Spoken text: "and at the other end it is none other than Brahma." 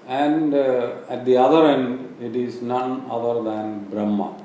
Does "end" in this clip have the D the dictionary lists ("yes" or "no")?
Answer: yes